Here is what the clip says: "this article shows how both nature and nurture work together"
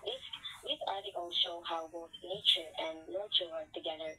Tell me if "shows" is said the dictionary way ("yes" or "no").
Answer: no